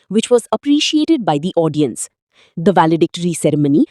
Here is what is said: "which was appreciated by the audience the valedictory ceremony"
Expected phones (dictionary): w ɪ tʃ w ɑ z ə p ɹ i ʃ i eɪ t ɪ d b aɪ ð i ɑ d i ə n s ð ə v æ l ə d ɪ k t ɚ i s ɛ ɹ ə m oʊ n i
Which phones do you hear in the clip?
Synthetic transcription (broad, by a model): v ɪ tʃ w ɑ z ə p ɹ i ʃ i eɪ t ɪ d b aɪ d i ɑ d i ə n s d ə v æ l ə d ɪ k t ɚ i s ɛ ɹ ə m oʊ n i